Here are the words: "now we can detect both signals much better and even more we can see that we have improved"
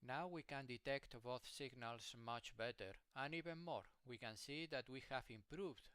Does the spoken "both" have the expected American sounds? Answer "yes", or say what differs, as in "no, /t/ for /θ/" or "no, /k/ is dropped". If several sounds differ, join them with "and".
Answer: yes